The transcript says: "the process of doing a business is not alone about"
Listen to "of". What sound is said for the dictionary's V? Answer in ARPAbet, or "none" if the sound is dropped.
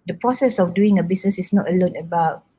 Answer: F